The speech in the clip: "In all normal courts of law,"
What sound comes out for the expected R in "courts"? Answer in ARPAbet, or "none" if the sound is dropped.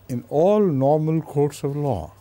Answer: R